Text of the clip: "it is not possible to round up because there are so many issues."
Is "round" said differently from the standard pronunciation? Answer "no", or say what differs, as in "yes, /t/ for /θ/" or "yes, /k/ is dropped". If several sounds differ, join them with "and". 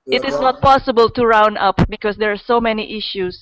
yes, /d/ is dropped